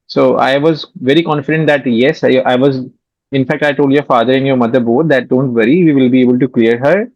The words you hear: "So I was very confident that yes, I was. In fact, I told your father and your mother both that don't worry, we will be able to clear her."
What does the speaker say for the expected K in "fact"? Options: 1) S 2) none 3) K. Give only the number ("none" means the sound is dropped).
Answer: 3